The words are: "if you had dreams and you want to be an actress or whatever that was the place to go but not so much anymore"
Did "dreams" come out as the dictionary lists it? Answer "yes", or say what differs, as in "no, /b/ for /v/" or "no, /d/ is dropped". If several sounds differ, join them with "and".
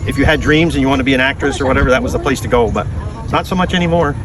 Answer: yes